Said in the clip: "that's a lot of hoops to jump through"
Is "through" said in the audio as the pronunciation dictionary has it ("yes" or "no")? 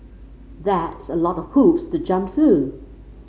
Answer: yes